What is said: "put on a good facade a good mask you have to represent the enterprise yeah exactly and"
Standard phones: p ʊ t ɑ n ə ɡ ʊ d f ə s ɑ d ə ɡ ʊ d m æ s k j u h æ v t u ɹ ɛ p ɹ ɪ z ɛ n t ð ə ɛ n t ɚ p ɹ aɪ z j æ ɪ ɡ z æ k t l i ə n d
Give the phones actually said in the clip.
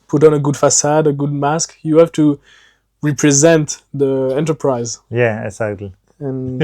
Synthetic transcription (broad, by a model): p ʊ t ɑ n ə ɡ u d f ə s ɑ d ə ɡ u d m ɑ s k j u h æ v t u ɹ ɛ p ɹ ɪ z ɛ n t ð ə ɛ n t ɚ p ɹ aɪ z j æ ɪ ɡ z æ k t l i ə n